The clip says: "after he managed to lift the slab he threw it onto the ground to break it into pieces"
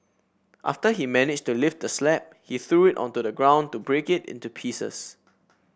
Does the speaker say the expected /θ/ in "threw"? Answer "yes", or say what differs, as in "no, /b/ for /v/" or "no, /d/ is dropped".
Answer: yes